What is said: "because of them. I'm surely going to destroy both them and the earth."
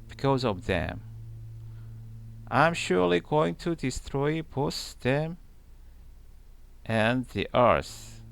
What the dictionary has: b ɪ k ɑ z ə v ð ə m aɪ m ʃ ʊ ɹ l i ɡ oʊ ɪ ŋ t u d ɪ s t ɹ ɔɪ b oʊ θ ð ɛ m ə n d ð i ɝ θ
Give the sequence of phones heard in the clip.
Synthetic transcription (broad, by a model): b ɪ k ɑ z ə v ð ə m aɪ m ʃ ʊ ɹ l i ɡ oʊ ɪ ŋ t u d ɪ s t ɹ ɔɪ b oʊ s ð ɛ m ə n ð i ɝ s